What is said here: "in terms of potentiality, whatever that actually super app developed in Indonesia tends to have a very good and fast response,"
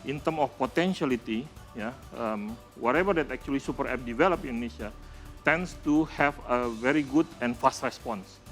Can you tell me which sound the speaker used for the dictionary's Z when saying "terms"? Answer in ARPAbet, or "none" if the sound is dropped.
none